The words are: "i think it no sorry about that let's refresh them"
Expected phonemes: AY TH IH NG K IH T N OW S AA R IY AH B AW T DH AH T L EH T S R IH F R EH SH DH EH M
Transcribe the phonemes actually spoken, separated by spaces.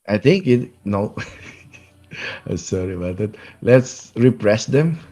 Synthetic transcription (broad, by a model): AY T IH NG K IH T N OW S AA R IY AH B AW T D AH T L EH T S R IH P R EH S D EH M